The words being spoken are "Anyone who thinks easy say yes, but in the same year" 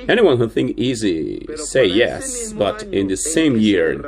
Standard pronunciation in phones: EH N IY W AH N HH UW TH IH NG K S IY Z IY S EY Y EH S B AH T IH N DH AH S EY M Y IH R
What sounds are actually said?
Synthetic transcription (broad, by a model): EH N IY W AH N HH UW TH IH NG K IY Z IY S EY Y EH S B AH T IH N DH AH S EY M Y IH R